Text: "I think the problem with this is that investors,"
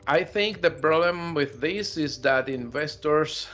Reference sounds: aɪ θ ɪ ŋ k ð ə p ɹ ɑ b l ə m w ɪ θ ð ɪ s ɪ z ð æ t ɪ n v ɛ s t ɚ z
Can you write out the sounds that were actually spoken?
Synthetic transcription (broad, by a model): aɪ θ ɪ ŋ k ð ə p ɹ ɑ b l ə m w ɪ ð ɪ s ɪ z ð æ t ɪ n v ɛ s t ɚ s